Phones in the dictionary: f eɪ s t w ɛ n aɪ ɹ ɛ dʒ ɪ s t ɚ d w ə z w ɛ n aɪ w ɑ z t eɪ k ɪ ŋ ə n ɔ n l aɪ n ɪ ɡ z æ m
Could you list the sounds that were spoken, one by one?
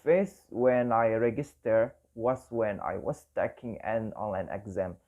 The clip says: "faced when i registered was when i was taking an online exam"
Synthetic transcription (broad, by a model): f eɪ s w ɛ n aɪ ɹ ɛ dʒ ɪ s t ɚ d w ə s w ɛ n aɪ w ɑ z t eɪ k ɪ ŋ ə n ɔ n aɪ n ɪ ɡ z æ m